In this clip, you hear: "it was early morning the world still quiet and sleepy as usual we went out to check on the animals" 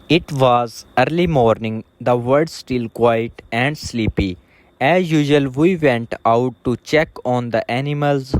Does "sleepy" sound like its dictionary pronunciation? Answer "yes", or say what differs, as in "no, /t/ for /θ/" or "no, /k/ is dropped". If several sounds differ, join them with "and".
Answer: yes